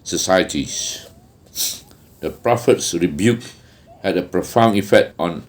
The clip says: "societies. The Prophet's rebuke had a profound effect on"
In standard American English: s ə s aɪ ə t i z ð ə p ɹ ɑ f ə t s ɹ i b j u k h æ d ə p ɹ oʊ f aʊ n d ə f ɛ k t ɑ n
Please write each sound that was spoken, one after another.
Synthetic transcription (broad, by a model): s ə s aɪ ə t i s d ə p ɹ ɑ f ə t s ɹ i b j u k h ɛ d ə p ɹ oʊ f aʊ n ə f ɛ k t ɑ n